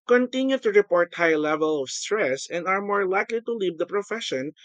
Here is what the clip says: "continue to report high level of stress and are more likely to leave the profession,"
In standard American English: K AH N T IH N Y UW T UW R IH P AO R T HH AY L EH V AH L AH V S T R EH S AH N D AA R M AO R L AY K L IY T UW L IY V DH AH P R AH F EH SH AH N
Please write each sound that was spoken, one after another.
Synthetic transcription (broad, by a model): K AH N T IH N Y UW T UW R IH P AO R T HH AY L EH V AH L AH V S T R EH S AH N D AA R M AO R L AY K L IY T UW L IY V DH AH P R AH F EH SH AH N